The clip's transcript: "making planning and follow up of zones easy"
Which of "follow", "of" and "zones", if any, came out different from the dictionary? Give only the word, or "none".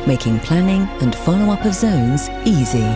none